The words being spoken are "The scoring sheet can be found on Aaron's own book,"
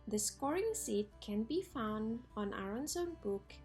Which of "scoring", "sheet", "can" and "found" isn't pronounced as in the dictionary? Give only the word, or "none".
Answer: sheet